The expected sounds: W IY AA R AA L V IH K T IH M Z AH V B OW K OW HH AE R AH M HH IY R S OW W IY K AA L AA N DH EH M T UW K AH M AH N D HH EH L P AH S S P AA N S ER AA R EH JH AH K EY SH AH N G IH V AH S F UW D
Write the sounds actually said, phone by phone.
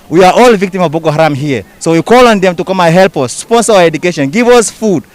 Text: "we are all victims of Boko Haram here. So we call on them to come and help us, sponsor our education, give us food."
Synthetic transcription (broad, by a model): W IY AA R AA L V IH K T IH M AH V B OW K OW HH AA R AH M HH IY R S OW W IY K AA L AA N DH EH M T UW K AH M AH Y HH EH L P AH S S P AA N S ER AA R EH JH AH K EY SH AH N G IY V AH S F UW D